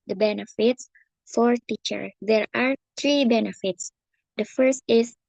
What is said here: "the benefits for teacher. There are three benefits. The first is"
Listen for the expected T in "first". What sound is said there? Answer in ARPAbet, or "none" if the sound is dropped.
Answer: T